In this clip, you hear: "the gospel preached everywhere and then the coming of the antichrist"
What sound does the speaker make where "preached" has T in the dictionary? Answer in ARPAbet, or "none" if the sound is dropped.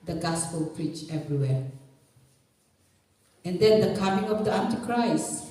none